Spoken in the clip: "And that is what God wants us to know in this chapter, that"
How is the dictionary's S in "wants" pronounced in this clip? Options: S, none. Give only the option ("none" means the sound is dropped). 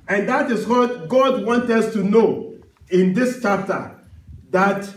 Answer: none